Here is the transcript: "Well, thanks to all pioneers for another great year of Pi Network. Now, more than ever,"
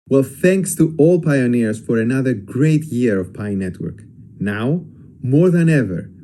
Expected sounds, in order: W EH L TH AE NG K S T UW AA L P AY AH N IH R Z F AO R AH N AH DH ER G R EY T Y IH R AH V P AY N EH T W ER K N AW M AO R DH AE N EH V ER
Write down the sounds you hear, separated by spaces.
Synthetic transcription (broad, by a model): W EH L TH AE NG K S T UW AA L P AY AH N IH R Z F AO R AH N AH DH ER G R EY T Y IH R AH V P AY N EH T W ER K N AW M AO R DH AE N EH V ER